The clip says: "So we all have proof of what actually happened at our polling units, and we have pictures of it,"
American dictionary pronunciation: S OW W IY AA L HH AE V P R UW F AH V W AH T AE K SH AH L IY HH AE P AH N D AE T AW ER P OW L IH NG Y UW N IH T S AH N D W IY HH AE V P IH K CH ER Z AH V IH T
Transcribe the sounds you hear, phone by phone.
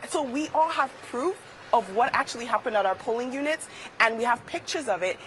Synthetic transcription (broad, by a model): S OW W IY AA L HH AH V P R UW F AH V W AH T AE K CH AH L IY HH AE P AH N D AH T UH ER P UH L IH NG Y UW N IH T S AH N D W IY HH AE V P IH K CH ER Z AH V IH T